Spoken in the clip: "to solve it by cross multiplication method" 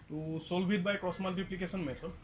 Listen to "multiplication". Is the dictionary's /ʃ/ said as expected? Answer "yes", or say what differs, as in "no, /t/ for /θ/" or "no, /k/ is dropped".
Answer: no, /s/ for /ʃ/